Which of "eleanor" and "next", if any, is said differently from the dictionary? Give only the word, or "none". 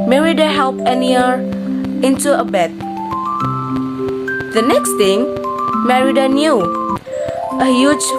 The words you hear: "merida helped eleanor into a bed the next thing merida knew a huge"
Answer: eleanor